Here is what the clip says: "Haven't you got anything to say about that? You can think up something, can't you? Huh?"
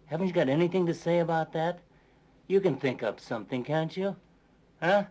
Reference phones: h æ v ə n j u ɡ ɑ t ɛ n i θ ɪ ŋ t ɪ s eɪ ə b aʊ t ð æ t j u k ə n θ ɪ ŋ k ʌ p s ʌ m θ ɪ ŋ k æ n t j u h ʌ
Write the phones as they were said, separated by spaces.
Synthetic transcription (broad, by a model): h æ v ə n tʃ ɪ ɡ ɑ t ɛ n i θ ɪ ŋ t ɪ s eɪ ə b aʊ t ð æ t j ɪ k ə n θ ɪ ŋ k ʌ p s ʌ m θ ɪ ŋ k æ n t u h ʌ